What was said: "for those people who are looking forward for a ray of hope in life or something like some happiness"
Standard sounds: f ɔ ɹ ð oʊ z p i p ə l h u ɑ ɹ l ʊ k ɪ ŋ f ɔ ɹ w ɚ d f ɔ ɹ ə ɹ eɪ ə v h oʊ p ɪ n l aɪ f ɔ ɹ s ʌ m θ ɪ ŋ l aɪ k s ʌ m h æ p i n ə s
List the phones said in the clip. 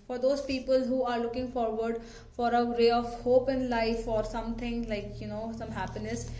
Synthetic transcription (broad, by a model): f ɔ ɹ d oʊ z p i p ə l h u ɑ ɹ l ʊ k ɪ ŋ f ɔ ɹ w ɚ d f ɔ ɹ ə ɹ eɪ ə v h oʊ p ɪ n l aɪ f ɔ ɹ s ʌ m t ɪ ŋ l aɪ k s ʌ m h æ p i n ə s